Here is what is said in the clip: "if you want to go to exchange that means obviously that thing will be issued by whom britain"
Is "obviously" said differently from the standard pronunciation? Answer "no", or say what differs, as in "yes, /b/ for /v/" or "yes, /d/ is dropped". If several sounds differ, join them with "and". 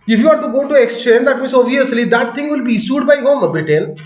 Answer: yes, /b/ is dropped